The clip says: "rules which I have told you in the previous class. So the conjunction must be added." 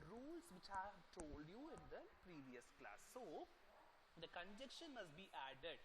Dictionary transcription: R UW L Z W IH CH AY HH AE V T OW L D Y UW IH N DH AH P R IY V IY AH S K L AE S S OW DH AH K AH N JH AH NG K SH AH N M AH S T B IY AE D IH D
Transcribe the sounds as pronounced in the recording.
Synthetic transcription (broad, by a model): R UW L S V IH CH HH AE V T OW L D Y UW IH N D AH P R IY V IY AH S K L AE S S OW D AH K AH N JH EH K SH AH N M AH S T B IY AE D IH D